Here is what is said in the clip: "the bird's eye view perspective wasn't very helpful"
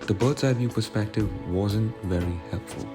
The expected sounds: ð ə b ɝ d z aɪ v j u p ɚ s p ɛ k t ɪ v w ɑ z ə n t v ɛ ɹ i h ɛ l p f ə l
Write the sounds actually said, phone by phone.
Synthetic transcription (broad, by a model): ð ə b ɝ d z aɪ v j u p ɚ s p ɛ k t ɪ v w ɑ z ə n t v ɛ ɹ i h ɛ l p f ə l